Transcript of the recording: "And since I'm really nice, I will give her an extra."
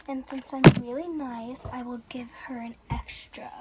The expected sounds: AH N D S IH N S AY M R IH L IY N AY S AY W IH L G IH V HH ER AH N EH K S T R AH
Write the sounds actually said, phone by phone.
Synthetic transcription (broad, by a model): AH N S IH N S AY M R IH L IY N AY S AY W IH L G IH V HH ER AH N EH K S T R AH